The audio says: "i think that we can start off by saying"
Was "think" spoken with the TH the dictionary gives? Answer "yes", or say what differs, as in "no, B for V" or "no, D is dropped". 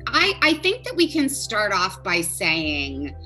yes